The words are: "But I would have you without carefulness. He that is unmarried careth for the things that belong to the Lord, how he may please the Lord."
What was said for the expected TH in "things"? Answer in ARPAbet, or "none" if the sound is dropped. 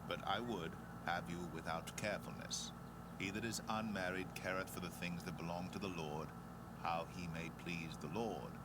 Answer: TH